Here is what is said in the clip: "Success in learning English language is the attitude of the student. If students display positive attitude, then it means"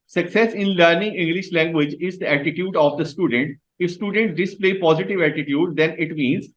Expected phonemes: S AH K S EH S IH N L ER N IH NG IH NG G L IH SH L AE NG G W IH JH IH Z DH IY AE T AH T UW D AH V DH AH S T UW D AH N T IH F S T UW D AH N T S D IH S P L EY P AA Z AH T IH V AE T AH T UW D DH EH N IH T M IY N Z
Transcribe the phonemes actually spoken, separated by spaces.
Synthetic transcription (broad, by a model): S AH K S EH S IH N L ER N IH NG IH NG G L IH SH L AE NG G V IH JH IH Z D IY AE T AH T UW D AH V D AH S T UW D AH N T IH F S T UW D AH N T D IH S P L EY P AA Z AH T IH V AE T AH T UW D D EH N IH T M IY N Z